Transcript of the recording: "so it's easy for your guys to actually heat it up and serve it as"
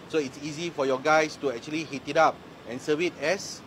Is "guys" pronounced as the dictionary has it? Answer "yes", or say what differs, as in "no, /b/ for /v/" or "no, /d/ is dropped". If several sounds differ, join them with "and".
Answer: no, /s/ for /z/